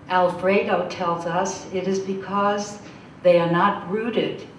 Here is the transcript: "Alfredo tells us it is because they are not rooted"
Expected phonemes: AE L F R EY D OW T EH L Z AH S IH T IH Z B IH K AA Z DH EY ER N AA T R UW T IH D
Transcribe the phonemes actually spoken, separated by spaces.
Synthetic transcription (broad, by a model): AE L F R EY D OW T EH L Z AH S IH T IH Z B IH K AA Z DH EY ER N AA T R UW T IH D